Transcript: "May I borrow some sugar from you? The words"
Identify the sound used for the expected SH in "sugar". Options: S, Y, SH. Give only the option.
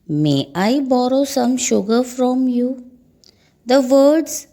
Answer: SH